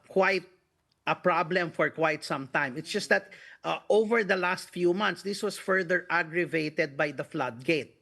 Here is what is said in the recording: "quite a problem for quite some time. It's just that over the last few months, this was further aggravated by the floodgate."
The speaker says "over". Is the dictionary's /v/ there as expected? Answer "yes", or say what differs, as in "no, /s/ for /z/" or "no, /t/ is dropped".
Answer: yes